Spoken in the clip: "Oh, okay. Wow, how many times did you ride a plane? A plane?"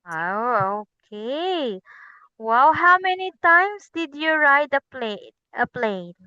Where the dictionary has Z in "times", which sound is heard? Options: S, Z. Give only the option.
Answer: S